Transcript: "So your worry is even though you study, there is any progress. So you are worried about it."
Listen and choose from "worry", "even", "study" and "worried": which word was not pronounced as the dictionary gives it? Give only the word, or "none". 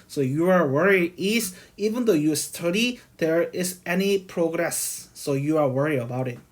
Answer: worried